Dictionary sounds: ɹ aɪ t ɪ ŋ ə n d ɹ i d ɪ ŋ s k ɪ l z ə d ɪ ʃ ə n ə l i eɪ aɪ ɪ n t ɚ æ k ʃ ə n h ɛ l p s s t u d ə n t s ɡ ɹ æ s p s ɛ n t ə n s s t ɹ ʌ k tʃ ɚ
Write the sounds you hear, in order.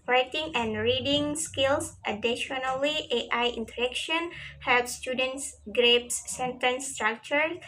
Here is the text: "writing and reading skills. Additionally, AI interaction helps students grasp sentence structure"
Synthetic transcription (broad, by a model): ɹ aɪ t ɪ ŋ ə n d ɹ i d ɪ ŋ s k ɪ l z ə d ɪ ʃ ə n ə l i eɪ aɪ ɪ n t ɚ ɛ k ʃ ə n h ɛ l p s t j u d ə n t s ɡ ɹ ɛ p s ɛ n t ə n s s t ɹ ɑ k tʃ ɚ